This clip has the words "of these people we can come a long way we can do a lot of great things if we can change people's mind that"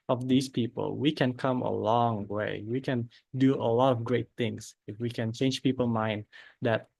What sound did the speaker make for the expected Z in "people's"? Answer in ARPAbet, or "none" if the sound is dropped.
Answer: none